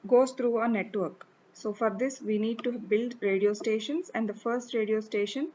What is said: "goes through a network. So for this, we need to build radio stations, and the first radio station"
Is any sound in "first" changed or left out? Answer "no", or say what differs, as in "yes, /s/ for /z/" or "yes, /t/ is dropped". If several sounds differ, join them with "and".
no